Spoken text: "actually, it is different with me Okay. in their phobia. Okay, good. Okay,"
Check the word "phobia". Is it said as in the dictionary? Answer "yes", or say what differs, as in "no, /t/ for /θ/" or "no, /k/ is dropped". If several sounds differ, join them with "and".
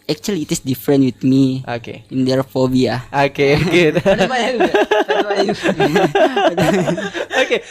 yes